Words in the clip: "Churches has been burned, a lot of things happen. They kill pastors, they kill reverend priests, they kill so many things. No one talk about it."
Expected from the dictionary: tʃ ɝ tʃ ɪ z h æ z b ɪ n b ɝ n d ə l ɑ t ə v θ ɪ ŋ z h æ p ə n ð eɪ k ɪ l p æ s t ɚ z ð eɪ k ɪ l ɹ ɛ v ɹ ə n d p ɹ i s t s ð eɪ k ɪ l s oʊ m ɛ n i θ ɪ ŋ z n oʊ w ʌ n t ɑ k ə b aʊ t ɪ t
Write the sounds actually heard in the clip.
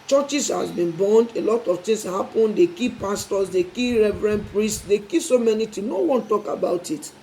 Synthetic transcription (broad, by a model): tʃ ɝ tʃ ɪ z h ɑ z b ɪ n b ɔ n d ə l ɑ t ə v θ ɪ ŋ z h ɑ p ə n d eɪ k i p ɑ s t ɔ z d eɪ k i ɹ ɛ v ɹ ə n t p ɹ i s t s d eɪ k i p s oʊ m ɛ n i t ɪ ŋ n oʊ w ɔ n t ɑ k ə b aʊ t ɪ t